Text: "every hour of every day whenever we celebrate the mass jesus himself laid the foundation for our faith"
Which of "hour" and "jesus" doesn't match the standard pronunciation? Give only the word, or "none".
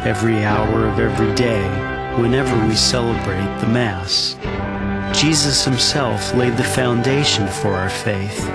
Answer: none